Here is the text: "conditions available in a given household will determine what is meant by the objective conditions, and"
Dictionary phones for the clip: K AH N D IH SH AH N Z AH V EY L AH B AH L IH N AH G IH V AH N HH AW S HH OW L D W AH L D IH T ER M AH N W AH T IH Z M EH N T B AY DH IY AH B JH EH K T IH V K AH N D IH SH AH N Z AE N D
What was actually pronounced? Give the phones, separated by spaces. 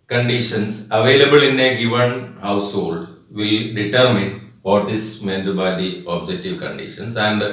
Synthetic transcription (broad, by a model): K AH N D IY SH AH N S AH V EY L AH B AH L IH N AH G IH V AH N HH AW S HH OW L D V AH L D IH T ER M AH N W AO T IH S M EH N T B AY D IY AH B JH EH K T IH V K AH N D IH SH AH N S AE N D